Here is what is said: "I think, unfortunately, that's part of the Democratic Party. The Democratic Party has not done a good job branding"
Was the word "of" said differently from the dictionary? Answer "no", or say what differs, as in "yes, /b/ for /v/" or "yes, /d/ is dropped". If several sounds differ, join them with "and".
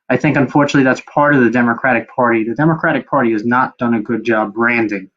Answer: no